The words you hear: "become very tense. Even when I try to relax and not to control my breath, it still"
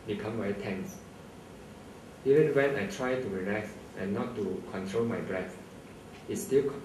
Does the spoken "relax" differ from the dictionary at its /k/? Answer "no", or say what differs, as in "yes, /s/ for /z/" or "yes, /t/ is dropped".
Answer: yes, /k/ is dropped